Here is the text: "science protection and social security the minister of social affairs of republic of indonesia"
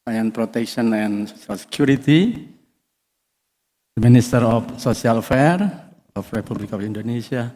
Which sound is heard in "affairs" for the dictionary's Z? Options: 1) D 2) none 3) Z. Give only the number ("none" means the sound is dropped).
2